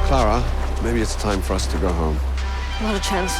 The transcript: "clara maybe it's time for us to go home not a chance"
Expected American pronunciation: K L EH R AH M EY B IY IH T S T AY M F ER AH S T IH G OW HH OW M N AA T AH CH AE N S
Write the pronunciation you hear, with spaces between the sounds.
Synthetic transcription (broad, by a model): K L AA R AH M EY B IY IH T S T AY M F ER AH S T IH G OW HH OW M L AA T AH CH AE N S